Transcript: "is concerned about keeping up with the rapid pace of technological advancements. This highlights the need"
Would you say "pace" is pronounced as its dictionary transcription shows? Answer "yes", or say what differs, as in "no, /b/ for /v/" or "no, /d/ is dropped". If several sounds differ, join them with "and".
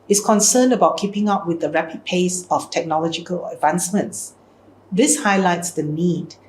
yes